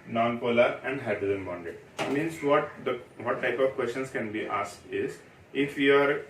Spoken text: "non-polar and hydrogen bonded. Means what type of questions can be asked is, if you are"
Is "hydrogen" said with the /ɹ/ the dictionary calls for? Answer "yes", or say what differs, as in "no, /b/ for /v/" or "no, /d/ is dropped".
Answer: no, /ɹ/ is dropped